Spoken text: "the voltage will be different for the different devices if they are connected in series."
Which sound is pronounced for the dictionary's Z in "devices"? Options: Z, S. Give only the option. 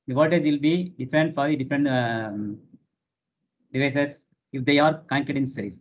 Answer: S